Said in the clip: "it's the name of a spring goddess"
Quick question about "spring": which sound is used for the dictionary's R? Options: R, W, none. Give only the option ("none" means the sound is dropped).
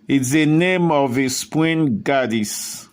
W